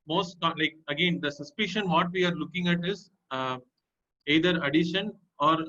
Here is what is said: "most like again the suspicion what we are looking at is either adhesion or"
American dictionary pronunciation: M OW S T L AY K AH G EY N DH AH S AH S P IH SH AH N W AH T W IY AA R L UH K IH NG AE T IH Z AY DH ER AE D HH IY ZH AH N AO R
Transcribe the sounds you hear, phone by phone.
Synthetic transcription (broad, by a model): M OW S T L AY K AH G EY N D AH S AH S P IH SH AH N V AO T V IY AA R L UH K IH NG AE T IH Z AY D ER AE D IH SH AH N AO R